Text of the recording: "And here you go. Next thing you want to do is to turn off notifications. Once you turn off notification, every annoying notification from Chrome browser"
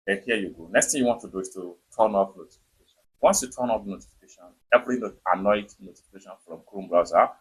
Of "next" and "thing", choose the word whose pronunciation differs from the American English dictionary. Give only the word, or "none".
thing